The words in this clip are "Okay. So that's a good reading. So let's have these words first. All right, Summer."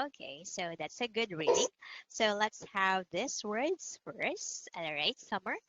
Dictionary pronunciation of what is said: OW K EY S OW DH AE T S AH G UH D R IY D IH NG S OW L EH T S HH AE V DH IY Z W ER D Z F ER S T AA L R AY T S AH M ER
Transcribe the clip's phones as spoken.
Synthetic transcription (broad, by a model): OW K EY S OW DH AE T S AH G UH D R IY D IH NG S OW L EH T S HH AE V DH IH S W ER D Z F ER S AA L R AY T S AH M ER